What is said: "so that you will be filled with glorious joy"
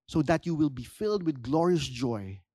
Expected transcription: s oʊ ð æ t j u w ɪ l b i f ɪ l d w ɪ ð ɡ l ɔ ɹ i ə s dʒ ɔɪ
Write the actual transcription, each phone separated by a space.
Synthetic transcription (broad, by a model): s oʊ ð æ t j u w ɪ l b i f ɪ l d w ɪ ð ɡ l ɔ ɹ i ə s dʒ ɔɪ